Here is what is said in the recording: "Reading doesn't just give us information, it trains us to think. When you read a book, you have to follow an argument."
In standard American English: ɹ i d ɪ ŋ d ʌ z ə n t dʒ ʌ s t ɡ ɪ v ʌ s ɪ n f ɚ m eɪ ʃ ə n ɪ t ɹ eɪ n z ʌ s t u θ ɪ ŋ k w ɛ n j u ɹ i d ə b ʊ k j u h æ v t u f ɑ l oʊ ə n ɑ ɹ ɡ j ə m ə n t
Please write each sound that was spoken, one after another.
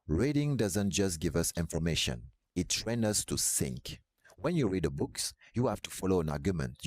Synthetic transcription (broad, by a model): ɹ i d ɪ ŋ d ʌ z ə n t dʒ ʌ s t ɡ ɪ v ʌ s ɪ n f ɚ m eɪ ʃ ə n ɪ t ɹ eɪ n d ʌ s t u s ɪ ŋ k w ɛ n j u ɹ i d ə b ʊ k j u h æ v t u f ɑ l oʊ ə n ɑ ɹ ɡ j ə m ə n t